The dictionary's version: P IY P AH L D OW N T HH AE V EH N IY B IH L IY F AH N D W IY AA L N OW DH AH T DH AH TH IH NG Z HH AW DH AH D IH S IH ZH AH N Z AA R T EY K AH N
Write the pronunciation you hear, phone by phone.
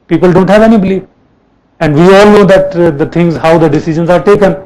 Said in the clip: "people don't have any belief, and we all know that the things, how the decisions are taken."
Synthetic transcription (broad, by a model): P IY P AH L D OW N T HH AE V EH N IY B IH L IY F AH N D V IY AA L N OW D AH T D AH T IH NG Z HH AW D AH D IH S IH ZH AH N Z AA R T EY K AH N